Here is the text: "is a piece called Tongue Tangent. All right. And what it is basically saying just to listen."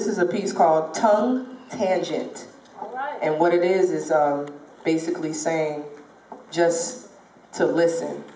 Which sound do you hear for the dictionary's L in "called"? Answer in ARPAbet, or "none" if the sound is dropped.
L